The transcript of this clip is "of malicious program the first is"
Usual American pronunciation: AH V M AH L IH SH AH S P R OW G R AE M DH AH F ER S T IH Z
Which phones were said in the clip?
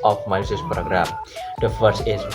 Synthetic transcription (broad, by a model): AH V M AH IH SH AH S P R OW G R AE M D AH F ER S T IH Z